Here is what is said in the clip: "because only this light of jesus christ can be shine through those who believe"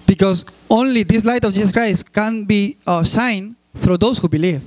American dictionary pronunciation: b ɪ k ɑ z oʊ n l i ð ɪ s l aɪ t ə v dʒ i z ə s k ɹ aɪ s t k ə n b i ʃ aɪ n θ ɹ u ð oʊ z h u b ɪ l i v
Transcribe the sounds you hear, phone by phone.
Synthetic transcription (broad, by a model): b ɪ k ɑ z oʊ n l i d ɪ s l aɪ t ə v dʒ i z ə s k ɹ aɪ s t k ə n b i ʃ aɪ n f ɹ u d oʊ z h u b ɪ l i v